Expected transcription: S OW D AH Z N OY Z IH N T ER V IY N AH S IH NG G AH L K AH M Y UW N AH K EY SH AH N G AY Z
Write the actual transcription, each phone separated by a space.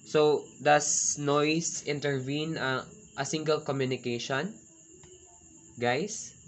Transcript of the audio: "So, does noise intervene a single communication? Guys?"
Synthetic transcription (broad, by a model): S OW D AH S N OY S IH N T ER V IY N AH S IH NG G AH L K AH M Y UW N AH K EY SH AH N G AY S